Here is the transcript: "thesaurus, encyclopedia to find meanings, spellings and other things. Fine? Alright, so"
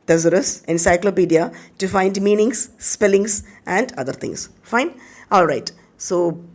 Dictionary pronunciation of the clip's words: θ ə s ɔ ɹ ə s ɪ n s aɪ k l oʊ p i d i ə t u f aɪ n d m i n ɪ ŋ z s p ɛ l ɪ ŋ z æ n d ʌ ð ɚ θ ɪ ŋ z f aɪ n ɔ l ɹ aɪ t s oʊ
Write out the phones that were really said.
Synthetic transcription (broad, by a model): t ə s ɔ ɹ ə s ɪ n s aɪ k l oʊ p i d i ə t u f aɪ n d m i n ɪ ŋ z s p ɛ l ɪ ŋ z æ n d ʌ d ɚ t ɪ ŋ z f aɪ n ɔ l ɹ aɪ t s oʊ